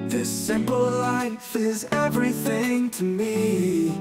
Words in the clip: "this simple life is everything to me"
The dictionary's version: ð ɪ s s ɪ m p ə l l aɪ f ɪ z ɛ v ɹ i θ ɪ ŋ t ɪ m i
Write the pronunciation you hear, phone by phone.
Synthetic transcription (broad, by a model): ð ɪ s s ɪ m p l l aɪ f ɪ z ɛ v ɹ i θ ɪ ŋ t ɪ m i